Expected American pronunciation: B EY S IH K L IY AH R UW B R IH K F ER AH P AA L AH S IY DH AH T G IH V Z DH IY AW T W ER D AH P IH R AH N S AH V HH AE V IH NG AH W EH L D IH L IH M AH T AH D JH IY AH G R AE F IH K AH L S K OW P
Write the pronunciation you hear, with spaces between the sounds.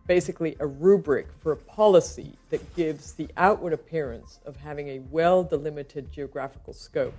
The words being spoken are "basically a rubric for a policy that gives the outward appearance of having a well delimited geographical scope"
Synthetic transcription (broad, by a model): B EY S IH K L IY AH R UW B R IH K F ER AH P AA L AH S IY DH AH T G IH V Z DH IY AW T W ER D AH P IH R AH N S AH V HH AE V IH NG AH W EH L D IH L IH M AH T AH D JH IY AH G R AE F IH K L S K OW P